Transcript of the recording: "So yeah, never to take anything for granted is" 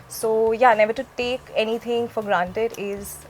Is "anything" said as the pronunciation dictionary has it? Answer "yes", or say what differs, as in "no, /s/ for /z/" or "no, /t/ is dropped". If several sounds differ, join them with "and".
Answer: no, /t/ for /θ/